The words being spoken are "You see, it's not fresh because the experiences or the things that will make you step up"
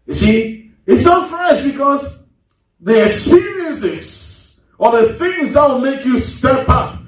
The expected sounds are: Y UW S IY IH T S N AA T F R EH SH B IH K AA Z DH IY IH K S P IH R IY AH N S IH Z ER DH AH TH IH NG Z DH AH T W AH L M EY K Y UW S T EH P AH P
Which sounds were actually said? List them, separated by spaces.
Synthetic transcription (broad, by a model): Y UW S IY IH T S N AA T F R EH SH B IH K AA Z DH IY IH K S P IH R IY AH N S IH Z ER DH AH TH IH NG Z DH AH T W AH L M EY K Y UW S T EH P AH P